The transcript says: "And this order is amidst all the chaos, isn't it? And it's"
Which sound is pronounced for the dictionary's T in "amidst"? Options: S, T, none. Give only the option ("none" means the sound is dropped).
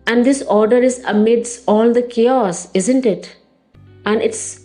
none